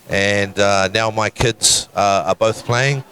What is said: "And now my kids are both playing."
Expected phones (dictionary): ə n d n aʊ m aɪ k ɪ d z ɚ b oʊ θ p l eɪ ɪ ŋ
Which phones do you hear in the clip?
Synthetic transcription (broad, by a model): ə n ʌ n aʊ m aɪ k ɪ d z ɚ b oʊ θ p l eɪ ɪ ŋ